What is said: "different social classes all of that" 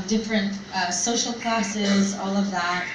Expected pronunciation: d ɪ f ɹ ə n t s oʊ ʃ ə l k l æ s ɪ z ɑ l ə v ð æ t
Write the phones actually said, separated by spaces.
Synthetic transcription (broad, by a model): d ɪ f ɹ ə n t s oʊ ʃ l k l æ s ɪ z ɑ l ə v ð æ t